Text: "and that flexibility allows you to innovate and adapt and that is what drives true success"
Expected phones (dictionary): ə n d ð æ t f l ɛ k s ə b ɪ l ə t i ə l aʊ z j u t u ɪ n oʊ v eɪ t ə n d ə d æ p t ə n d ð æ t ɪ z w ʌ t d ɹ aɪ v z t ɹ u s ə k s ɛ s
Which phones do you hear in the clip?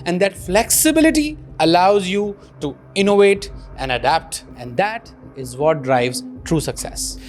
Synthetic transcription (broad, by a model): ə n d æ t f l ɛ k s ə b ɪ l ə t i ə l aʊ z j u t u ɪ n oʊ v eɪ t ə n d ə d æ p t ə n d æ t ɪ z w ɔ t d ɹ aɪ v z t ɹ u s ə k s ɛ s